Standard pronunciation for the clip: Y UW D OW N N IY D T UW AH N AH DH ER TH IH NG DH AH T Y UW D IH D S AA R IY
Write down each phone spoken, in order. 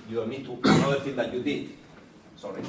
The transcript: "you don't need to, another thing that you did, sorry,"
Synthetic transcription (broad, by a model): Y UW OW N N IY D T UW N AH ER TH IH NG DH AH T Y UW D IH D S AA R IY